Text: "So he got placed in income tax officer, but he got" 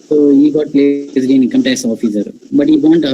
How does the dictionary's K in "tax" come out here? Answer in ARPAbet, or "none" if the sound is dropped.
none